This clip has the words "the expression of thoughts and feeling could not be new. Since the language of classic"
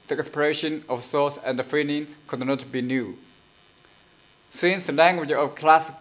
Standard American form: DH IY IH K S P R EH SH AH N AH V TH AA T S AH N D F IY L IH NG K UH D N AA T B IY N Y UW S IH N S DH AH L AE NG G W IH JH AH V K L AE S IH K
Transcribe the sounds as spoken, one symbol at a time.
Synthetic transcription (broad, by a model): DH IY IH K S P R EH SH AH N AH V S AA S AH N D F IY N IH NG K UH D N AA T B IY N Y UW S IH N S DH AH L AE NG G W IH JH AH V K L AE S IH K